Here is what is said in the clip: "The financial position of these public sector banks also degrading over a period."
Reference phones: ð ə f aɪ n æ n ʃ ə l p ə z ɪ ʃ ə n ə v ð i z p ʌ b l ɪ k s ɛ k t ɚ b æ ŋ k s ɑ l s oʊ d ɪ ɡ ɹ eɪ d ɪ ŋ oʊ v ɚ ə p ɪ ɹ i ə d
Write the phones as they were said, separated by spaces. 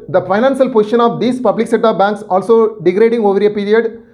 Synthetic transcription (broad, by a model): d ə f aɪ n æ n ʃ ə l p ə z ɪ ʃ ə n ə v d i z p ʌ b l ɪ k s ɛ t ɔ b æ ŋ k s ɑ l s oʊ d ɪ ɡ ɹ eɪ d ɪ ŋ oʊ v ɚ ə p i ɹ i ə d